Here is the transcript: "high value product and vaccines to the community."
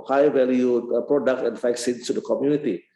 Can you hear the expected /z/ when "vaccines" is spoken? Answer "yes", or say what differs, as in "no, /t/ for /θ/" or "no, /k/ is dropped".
no, /s/ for /z/